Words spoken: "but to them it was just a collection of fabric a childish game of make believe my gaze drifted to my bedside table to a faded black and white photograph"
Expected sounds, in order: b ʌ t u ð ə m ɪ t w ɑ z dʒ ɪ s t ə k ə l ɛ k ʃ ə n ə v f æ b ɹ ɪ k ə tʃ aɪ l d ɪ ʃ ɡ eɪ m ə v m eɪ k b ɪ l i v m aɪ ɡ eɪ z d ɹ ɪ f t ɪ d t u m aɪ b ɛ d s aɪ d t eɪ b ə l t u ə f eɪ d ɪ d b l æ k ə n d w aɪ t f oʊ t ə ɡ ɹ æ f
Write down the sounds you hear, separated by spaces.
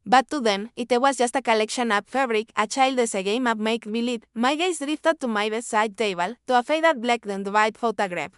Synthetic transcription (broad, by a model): b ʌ t u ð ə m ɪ t w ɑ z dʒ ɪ s t ə k ə l ɛ k ʃ ə n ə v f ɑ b ɹ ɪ k ə tʃ aɪ l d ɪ s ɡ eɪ m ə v m eɪ k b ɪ l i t m aɪ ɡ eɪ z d ɹ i f t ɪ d t u m aɪ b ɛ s aɪ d t eɪ b ə l t u ə f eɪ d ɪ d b l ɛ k ə n d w aɪ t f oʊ t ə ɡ ɹ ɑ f